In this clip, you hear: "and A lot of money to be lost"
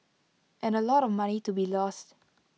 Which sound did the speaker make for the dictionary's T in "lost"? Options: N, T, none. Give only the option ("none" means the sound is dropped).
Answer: T